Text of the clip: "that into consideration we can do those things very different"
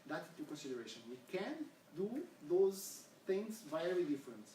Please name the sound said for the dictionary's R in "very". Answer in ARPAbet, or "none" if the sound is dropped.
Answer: L